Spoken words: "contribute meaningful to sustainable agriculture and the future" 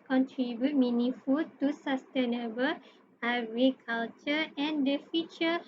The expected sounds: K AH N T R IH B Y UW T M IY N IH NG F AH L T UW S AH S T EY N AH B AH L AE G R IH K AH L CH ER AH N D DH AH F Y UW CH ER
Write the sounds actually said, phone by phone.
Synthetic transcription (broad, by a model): K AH N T R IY B Y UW T M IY N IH F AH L T UW S AH S T EY N AH B AH L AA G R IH K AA L CH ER AH N D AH F Y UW CH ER